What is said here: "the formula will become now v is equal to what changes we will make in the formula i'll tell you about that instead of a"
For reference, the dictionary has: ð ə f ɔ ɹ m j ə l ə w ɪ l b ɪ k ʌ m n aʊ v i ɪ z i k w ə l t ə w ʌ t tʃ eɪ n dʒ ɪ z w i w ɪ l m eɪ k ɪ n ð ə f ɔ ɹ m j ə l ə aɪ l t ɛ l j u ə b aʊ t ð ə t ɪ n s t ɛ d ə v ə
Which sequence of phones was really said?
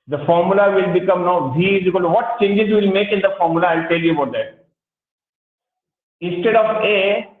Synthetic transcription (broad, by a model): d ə f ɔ ɹ m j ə l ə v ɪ l b ɪ k ʌ m n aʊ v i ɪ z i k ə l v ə t tʃ eɪ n dʒ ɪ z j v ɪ l m eɪ k ɪ n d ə f ɔ ɹ m j ə l ə aɪ l t ɛ l j u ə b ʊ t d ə t ɪ n s t ɛ d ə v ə